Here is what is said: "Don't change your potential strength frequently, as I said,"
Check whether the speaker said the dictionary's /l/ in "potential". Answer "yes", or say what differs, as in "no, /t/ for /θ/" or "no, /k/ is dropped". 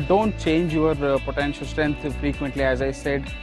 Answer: yes